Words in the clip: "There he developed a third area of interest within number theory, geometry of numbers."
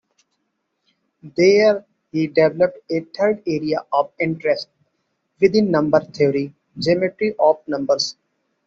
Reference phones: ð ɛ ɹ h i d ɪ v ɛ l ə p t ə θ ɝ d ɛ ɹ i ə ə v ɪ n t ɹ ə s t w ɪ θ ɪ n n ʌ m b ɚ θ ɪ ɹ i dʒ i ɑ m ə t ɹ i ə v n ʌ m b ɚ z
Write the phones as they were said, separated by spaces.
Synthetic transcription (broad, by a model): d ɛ ɹ h i d ɪ v ɛ l ə p t ə t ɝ d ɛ ɹ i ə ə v ɪ n t ɹ ə s t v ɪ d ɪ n n ʌ m b ɚ t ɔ ɹ i dʒ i m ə t ɹ i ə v n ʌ m b ɚ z